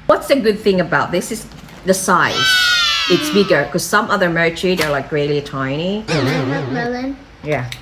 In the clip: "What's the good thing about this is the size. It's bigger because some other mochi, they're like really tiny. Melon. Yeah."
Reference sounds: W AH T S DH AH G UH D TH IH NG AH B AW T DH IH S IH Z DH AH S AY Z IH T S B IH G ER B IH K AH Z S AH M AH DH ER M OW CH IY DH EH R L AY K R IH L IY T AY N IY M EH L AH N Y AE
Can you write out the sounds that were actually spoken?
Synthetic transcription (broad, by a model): W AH T S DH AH G UH D TH IH NG AH B AW T DH IH S IH Z DH AH S AY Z IH T S B IH G ER K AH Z S AH M AH DH ER M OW CH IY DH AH R L AY K R IH L IY T AY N IY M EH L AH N Y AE